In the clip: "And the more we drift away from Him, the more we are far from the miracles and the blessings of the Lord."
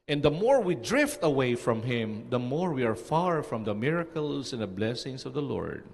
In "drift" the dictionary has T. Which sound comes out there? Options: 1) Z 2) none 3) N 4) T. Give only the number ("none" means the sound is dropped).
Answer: 4